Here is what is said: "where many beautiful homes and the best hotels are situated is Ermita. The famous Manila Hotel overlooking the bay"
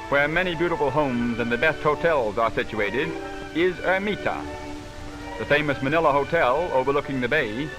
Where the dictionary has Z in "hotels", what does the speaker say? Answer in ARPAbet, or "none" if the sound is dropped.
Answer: Z